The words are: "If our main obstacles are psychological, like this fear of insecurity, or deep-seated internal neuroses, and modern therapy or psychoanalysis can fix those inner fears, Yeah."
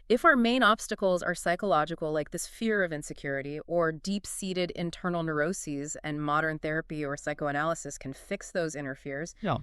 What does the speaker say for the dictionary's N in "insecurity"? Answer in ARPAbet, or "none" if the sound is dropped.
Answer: N